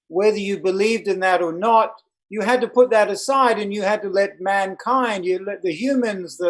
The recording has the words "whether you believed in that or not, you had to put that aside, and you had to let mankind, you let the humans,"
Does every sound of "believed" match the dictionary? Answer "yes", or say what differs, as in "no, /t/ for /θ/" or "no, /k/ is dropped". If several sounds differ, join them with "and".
yes